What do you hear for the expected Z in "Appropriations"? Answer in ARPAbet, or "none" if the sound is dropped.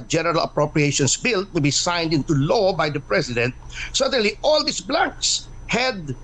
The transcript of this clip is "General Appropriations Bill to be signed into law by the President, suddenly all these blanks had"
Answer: S